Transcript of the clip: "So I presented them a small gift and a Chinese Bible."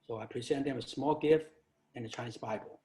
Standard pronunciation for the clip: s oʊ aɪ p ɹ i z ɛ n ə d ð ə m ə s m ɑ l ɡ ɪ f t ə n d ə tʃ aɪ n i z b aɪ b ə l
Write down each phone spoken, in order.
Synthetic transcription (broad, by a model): s oʊ aɪ p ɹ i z ɛ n ð ə m ə s m ɑ l ɡ ɪ f t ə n ə tʃ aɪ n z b aɪ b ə l